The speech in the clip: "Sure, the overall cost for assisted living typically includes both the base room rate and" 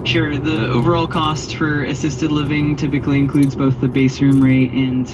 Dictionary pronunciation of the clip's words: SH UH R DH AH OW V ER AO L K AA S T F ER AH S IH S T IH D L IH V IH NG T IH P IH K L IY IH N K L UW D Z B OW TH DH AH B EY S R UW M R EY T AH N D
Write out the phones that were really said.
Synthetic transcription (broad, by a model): SH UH R DH AH OW V ER AO L K AA S T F ER AH S IH S T IH D L IH V IH NG T IH P IH K L IY IH N K L UW D Z B OW TH DH AH B EY S R UW M R EY T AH N